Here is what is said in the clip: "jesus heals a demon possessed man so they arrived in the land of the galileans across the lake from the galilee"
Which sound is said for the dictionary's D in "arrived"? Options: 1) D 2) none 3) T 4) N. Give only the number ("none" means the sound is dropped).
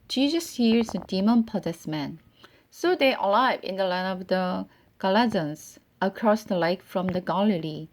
2